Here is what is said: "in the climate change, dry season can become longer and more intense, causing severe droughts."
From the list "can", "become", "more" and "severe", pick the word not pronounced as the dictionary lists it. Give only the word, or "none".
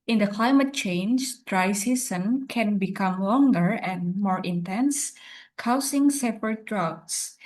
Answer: severe